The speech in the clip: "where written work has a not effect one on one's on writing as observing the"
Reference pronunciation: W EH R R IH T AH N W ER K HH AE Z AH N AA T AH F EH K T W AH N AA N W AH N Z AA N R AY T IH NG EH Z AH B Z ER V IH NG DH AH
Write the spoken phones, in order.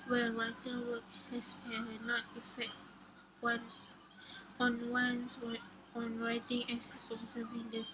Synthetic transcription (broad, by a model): W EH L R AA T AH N W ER K HH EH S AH N AA T AH F EH K T W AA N AA N W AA N S AA N R AY T IH NG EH S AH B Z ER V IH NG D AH